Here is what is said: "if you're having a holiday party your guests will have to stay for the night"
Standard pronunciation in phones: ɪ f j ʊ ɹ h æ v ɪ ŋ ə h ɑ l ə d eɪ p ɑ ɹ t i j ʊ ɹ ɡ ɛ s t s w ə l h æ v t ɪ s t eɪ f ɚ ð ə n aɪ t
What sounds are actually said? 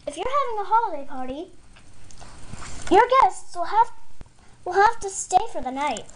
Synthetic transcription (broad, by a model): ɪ f j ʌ ɹ h æ v ɪ ŋ ə h ɑ l ə d eɪ p ɑ ɹ t i j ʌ ɹ ɡ ɛ s t s w ə l h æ f t ɪ s t eɪ f ɚ ð ə n aɪ t